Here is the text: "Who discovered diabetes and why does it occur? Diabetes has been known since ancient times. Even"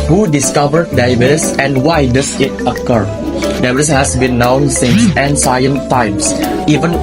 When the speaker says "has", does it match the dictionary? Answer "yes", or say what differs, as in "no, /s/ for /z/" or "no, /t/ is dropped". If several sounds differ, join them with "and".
no, /s/ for /z/